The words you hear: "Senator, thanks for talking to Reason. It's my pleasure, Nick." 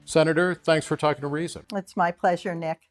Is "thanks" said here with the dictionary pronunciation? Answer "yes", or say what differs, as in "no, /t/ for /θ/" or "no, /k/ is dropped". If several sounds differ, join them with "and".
yes